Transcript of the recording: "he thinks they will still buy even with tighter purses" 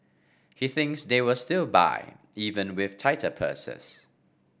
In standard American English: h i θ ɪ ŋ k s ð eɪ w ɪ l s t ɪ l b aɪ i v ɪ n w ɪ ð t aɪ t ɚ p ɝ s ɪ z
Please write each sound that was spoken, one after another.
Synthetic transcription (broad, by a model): h i θ ɪ ŋ k s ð eɪ w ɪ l s t ɪ l b aɪ i v ɪ n w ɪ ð t aɪ t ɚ p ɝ s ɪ s